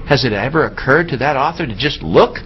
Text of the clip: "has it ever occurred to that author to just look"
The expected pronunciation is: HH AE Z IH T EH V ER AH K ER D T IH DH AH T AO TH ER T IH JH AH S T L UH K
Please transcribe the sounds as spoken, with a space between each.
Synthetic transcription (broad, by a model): HH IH Z IH T EH V ER AH K ER D T IH DH AH T AO TH ER T IH JH AH S T L UH K